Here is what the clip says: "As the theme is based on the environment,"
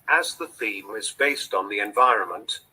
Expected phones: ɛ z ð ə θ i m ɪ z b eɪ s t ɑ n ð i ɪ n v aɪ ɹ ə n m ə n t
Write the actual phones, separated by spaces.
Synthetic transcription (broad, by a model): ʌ z ð ə θ i m ɪ z b eɪ s t n ð i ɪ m v aɪ ɹ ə n m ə n t